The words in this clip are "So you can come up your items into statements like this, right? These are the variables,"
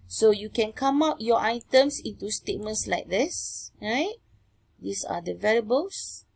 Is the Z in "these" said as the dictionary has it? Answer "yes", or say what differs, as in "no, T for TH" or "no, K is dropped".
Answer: no, S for Z